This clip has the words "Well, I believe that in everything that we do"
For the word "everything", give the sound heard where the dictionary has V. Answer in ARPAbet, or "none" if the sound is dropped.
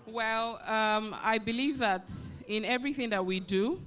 V